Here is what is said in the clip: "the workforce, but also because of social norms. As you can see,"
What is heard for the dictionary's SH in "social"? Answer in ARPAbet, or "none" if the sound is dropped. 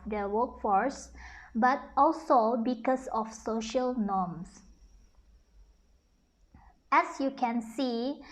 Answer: SH